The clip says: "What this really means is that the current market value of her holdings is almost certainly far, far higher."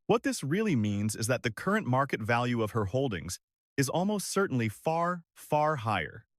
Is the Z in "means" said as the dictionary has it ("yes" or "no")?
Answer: yes